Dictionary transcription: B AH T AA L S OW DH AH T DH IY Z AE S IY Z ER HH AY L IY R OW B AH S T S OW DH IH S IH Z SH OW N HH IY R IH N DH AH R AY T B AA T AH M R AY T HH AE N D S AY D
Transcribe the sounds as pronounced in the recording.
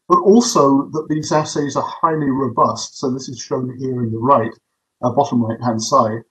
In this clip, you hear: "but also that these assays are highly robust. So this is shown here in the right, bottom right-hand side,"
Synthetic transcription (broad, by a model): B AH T AA L S OW DH AH T DH IY Z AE S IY Z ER HH AY L IY R OW B AH S T S OW DH IH S IH Z SH OW N HH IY R IH N DH AH R AY T B AA T AH M R AY T HH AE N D S AY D